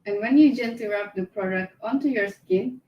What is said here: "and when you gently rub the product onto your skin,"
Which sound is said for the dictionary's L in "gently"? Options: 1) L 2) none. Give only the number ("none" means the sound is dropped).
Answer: 2